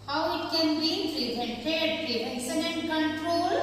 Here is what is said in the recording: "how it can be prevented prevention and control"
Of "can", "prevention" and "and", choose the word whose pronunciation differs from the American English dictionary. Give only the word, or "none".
prevention